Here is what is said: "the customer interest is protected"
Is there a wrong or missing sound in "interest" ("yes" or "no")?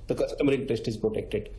yes